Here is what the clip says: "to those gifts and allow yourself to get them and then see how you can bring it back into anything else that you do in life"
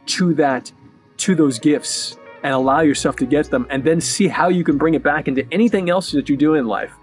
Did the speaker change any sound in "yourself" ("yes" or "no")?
no